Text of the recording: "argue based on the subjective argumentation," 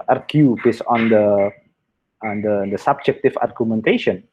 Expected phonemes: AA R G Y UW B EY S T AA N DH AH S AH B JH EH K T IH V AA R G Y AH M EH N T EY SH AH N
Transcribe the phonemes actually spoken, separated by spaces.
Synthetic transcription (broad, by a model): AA R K Y UW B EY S AA N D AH S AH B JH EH K T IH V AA R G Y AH M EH N T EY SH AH N